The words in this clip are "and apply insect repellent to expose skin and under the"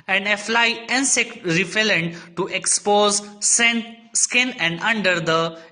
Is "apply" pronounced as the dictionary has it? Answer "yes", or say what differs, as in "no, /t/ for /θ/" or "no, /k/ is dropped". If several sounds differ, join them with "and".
no, /f/ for /p/